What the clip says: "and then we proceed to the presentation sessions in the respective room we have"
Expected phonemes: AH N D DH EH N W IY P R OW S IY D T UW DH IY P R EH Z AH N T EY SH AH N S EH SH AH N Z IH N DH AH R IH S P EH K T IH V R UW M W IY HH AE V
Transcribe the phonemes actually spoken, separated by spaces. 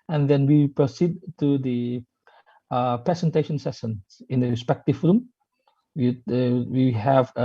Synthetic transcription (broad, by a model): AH N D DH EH N W IY P R OW S IY D T UW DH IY P R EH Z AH N T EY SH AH N S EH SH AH N IH N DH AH R IH S P EH K T IH V R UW M W IY HH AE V